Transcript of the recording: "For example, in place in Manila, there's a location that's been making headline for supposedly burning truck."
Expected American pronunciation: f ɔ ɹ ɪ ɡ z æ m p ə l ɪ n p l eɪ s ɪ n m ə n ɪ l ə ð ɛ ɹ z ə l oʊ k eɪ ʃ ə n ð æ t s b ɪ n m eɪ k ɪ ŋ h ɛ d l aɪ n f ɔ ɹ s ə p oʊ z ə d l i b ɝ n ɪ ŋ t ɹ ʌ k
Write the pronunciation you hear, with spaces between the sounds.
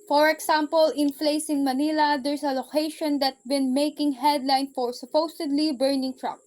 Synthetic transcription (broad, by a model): f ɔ ɹ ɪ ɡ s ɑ m p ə l ɪ n f l eɪ s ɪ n m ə n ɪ l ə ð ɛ ɹ s ə l oʊ k eɪ ʃ ə n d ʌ t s b ɪ n m eɪ k ɪ ŋ h ɛ d l aɪ n f ɔ ɹ s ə p oʊ s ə d l i b ɝ n ɪ ŋ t ɹ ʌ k